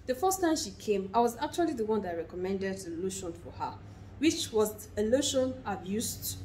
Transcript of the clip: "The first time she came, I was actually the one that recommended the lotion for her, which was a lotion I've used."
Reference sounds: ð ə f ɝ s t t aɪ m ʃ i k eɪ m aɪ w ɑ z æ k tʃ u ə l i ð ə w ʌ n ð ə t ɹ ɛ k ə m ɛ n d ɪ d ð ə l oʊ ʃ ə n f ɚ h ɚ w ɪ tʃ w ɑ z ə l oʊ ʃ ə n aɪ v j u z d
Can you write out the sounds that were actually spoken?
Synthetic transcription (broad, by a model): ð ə f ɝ s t t aɪ m ʃ i k eɪ m aɪ w ɑ z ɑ k tʃ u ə l i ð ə w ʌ n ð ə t ɹ ɛ k ə m ɛ n d ɪ d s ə l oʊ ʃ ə n f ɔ h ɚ w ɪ tʃ w ɑ z ə l oʊ ʃ ə n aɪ b j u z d